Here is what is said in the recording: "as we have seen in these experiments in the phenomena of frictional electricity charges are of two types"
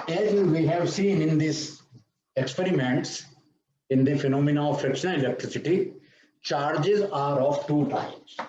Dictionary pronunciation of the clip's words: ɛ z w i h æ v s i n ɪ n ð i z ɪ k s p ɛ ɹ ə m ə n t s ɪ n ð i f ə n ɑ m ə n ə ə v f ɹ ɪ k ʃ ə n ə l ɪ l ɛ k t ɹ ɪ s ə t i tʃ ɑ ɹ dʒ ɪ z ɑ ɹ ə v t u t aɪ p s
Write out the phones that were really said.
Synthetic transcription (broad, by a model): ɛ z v i h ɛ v s i n ɪ n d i s ɪ k s p ɛ ɹ ə m ə n t s ɪ n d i f ə n ɑ m ə n ə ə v f ɹ ɪ k ʃ ə n ə l ɪ l ɛ k t ɹ ɪ s ə t i tʃ ɑ ɹ dʒ ɪ z ɑ ɹ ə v t u t aɪ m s